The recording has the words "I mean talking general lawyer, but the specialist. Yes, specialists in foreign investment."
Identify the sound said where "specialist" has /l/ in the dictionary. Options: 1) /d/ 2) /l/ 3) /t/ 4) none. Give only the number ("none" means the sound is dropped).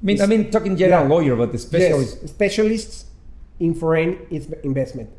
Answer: 4